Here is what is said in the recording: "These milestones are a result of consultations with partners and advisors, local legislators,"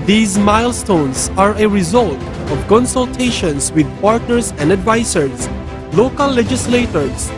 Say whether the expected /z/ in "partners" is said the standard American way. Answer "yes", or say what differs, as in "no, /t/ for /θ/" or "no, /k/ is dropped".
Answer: no, /s/ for /z/